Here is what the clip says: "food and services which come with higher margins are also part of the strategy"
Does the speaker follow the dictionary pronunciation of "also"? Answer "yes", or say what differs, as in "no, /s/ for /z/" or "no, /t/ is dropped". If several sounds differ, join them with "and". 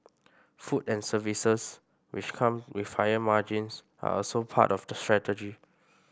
yes